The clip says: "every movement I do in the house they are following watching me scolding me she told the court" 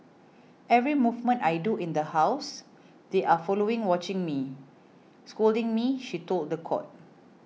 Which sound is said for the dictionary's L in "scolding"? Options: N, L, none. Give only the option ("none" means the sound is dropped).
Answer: L